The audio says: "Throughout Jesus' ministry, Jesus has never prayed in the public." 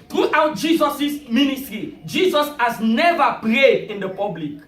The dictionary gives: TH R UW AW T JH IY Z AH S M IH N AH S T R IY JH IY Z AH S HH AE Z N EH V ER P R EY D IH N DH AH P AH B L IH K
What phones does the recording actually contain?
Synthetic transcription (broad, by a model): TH R UW AW T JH IY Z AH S M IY N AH S T R IY JH IY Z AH S HH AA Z N EH V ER P R EY D IH N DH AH P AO B L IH K